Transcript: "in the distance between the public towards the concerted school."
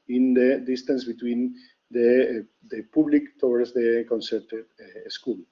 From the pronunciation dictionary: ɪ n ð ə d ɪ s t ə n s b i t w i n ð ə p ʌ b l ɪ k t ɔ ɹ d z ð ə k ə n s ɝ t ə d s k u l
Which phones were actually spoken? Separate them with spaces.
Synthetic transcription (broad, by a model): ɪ n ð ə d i s t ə n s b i t w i n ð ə p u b l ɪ k t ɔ w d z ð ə k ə n s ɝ t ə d s k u l